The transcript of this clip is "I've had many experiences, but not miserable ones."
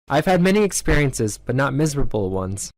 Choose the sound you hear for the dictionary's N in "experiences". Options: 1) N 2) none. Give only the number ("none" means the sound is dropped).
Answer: 1